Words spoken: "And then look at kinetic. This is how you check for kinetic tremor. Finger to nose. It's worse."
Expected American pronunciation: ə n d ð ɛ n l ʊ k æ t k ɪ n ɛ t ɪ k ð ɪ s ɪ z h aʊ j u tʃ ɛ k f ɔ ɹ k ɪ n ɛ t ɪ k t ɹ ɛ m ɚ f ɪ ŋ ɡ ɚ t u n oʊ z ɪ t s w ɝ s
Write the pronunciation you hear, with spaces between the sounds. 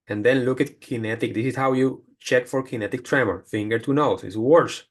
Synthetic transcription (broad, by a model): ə n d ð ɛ n l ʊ k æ t k ɪ n ɛ t ɪ k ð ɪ s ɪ s h aʊ j u tʃ ɛ k f ɔ ɹ k ɪ n ɛ t ɪ k t ɹ ɛ m ɚ f ɪ ŋ ɡ ɚ t u n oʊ s ɪ t s w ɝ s